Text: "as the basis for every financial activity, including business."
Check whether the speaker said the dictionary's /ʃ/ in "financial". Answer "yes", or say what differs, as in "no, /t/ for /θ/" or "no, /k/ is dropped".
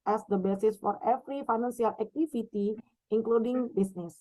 no, /s/ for /ʃ/